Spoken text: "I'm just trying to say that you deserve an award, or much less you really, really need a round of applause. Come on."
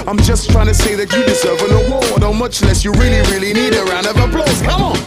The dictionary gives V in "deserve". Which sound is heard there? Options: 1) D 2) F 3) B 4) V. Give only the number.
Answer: 4